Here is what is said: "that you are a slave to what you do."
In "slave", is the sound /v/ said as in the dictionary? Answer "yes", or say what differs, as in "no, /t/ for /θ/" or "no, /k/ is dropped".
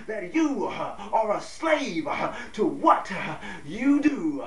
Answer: yes